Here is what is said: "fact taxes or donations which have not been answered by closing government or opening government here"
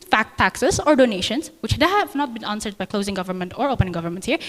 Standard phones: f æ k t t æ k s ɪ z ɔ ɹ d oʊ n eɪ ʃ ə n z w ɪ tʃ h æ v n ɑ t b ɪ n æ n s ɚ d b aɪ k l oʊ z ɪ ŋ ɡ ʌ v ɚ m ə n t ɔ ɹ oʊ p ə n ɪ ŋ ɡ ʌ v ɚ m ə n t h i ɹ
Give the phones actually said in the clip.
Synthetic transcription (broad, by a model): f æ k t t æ k s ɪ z ɔ ɹ d oʊ n eɪ ʃ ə n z w ɪ tʃ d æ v n ɑ t b ɪ n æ n s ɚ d b aɪ k l oʊ z ɪ ŋ ɡ ʌ v ɚ m ə n t ɔ ɹ oʊ p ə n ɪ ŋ ɡ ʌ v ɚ m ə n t h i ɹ